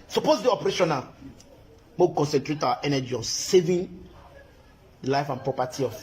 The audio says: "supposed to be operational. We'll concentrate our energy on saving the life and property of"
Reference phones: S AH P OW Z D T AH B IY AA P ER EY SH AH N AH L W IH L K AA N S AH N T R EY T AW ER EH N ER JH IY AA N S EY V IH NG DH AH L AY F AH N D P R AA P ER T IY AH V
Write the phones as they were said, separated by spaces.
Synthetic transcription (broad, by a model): S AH P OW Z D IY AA P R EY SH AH N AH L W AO W K AA N S AH N T R EY T AW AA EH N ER JH IY AA N S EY V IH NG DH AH L AY F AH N P R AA P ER T IY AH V